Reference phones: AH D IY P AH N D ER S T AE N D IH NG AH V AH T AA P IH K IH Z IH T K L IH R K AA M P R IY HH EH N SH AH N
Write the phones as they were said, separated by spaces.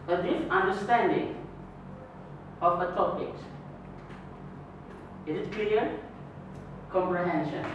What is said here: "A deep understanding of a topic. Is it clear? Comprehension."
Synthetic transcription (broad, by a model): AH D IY F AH N D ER S T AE N D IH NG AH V AH T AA P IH K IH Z IH T K L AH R K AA M P R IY HH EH N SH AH N